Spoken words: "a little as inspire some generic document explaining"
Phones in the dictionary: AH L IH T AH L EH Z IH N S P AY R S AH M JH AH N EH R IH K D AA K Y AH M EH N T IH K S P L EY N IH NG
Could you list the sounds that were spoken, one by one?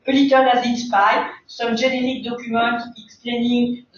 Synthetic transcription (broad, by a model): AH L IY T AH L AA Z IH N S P AY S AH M ZH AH N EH R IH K D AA K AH M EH T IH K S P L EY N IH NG